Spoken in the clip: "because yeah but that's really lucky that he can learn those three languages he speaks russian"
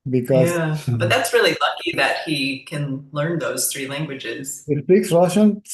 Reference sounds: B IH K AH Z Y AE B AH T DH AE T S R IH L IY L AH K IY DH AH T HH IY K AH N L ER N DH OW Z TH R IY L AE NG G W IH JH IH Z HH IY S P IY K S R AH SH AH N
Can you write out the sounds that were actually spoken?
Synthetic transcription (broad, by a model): B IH K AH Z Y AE B AH T DH AE T S R IH L IY L AH K IY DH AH T HH IY K AH N L ER N DH OW Z TH R IY L AE NG G W IH JH IH Z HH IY S P IY K S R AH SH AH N